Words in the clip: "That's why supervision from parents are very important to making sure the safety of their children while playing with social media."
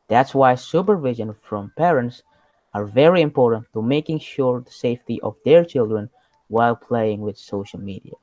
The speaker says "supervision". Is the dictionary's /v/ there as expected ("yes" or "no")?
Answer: yes